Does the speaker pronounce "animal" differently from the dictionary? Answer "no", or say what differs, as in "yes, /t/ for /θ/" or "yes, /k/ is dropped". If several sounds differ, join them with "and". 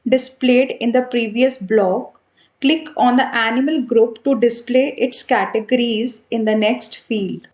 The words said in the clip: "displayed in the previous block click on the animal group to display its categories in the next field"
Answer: no